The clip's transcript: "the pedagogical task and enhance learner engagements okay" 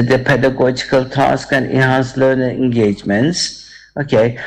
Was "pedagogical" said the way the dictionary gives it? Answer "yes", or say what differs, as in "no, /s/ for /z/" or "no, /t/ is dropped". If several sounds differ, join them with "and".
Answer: yes